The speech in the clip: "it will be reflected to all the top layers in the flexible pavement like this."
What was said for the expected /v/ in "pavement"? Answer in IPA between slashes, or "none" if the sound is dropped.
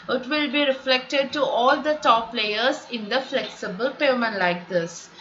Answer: none